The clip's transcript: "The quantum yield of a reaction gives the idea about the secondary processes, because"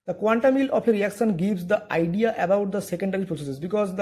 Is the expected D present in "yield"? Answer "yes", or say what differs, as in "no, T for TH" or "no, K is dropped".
no, D is dropped